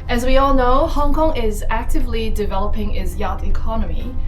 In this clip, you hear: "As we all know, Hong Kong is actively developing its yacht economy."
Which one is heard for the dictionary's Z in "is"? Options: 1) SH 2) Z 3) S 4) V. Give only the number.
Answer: 2